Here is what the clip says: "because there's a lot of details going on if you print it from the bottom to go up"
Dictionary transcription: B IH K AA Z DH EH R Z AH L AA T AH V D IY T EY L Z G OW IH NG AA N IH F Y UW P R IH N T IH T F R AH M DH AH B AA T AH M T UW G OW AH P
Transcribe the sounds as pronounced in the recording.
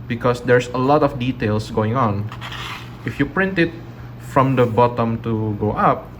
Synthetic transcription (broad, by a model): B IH K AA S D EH R S AH L AA T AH F D IY T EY L S G OW IH NG AA N IH F Y UW P R IH N T IH T F R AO M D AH B AA T AH M T UW G OW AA P